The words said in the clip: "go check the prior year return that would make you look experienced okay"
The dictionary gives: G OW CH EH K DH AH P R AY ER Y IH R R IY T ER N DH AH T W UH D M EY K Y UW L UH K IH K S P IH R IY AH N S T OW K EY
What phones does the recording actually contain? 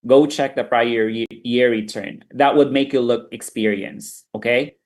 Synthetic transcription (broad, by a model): G OW CH EH K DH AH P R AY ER Y IH R R IY T ER N DH AH T W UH D M EY K Y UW L UH K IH K S P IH R IY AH N S OW K EY